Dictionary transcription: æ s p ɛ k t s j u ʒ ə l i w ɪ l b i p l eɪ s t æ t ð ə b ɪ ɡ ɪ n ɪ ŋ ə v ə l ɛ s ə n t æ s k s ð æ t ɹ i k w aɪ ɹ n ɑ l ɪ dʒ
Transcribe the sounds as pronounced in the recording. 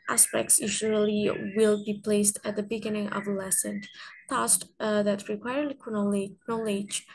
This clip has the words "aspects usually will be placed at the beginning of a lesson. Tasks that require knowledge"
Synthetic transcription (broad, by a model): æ s p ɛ k t s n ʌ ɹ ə l i w ɪ l b i p l eɪ s t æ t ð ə b ɪ ɡ ɪ n ɪ ŋ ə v ə l ɛ s ə n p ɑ s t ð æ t ɹ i k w aɪ ɹ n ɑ l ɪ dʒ